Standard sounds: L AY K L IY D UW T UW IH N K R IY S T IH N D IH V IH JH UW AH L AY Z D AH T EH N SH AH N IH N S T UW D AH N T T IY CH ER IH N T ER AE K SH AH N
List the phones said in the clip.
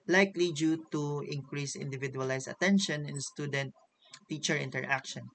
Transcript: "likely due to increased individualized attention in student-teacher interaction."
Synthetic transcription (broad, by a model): L AY K L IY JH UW T UW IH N K R IY S IH N D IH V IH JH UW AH L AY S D AH T EH N SH AH N IH N S T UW D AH N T T IY CH ER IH N T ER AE K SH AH N